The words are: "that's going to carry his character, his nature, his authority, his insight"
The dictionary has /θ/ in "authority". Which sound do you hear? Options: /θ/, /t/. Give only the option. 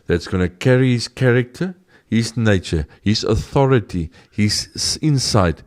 /θ/